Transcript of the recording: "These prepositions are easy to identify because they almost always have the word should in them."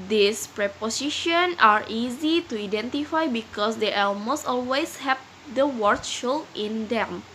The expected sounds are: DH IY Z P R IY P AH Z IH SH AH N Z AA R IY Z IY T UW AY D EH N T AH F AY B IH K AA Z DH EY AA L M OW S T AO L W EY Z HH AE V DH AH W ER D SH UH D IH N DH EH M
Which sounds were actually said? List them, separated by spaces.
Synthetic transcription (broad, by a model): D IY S P R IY P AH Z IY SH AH N AA R IY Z IY T UW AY D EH N T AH F AY B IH K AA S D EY AA L M OW S T AO L W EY S HH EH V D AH W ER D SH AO IH N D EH M